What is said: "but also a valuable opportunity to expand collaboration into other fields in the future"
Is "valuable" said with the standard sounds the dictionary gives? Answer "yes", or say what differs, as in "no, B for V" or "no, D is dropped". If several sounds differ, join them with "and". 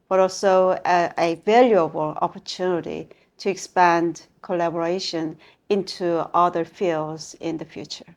yes